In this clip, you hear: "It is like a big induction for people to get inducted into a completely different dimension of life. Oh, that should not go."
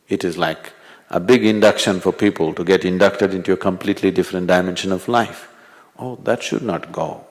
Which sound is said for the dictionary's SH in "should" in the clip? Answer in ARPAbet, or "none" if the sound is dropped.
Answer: SH